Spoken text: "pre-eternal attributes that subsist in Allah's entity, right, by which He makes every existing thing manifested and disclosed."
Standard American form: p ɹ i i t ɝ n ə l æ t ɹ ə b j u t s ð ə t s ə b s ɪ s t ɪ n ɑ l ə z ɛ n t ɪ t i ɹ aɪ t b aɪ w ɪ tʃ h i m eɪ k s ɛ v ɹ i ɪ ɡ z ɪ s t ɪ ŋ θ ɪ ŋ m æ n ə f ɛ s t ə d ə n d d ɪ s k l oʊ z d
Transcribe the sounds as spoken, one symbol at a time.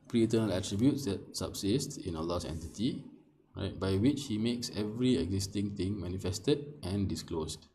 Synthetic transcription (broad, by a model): p ɹ i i t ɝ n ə l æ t ɹ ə b j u t s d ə t s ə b s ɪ s t ɪ n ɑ l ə s ɛ n t ɪ t i ɹ aɪ t b aɪ w ɪ tʃ h i m eɪ k s ɛ v ɹ i ɪ ɡ z ɪ s t ɪ ŋ t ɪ ŋ m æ n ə f ɛ s t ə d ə n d d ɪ s k l oʊ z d